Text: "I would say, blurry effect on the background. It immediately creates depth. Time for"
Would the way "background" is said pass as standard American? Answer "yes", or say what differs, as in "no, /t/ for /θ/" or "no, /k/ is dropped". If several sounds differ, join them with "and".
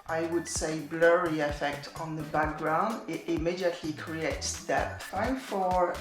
yes